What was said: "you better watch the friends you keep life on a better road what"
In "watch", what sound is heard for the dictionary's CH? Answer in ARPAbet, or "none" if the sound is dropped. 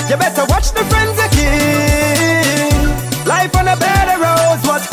CH